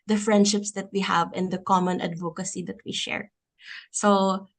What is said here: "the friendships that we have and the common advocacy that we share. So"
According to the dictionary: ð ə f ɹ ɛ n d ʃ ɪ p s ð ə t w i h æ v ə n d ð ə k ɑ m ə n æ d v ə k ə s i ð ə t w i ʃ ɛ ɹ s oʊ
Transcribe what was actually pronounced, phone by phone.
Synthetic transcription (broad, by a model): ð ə f ɹ ɛ n d ʃ ɪ p s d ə t w i h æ v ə n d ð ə k ɑ m ə n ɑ d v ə k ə s i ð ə t w i ʃ ɛ ɹ s oʊ